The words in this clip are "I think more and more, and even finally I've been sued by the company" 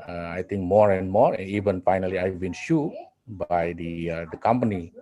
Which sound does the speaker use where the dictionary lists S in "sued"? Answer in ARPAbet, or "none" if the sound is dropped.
SH